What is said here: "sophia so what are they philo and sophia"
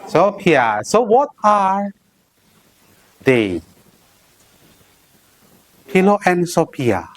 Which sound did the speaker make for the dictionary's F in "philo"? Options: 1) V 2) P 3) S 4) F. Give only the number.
2